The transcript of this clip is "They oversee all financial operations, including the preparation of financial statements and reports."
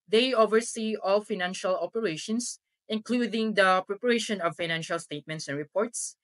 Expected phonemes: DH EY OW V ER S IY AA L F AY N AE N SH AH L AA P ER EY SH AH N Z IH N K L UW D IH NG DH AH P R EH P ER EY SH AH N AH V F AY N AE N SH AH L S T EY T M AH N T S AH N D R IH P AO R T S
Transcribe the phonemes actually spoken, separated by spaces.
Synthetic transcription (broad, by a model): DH EY OW V ER S IY AA L F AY N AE N SH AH L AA P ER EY SH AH N S IH N K L UW D IH NG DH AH P R EH P ER EY SH AH N AH V F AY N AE N SH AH L S T EY T M AH N T S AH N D R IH P AO R T S